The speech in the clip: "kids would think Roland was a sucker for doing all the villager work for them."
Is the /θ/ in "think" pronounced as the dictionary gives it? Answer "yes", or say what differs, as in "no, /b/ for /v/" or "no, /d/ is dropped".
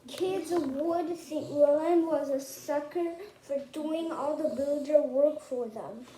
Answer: no, /s/ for /θ/